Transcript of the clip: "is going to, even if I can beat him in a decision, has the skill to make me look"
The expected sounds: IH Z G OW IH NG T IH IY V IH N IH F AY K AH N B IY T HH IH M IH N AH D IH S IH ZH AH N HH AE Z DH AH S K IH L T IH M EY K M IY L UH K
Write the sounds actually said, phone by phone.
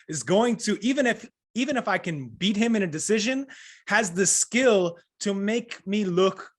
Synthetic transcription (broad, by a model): IH Z G OW IH NG T IH IY V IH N IH F AY K AH N B IY T HH IH M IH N AH D IH S IH ZH AH N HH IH Z DH AH S K IH L T IH M EY K M IY L UH K